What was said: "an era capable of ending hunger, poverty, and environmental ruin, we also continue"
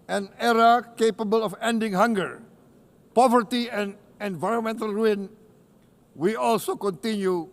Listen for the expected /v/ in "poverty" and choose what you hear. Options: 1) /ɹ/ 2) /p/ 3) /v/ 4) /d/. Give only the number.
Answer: 3